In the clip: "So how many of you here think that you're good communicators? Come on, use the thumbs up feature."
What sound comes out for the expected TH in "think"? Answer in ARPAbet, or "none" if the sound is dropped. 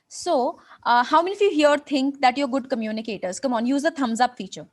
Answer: T